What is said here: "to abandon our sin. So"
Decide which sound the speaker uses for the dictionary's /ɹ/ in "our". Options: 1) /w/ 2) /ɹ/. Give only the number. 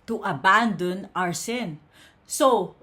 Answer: 2